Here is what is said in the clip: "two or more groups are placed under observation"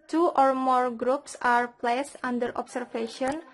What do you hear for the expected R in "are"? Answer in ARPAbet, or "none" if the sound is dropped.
R